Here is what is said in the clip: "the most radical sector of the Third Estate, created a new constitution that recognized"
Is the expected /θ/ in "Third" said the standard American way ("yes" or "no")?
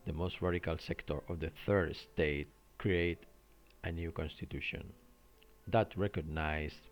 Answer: yes